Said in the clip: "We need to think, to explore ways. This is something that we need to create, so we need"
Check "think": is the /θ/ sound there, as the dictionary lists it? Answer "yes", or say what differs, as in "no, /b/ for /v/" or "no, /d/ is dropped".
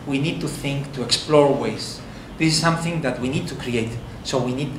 yes